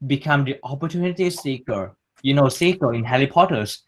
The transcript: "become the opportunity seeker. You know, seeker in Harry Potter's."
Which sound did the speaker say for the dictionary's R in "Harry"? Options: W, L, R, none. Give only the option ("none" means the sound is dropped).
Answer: L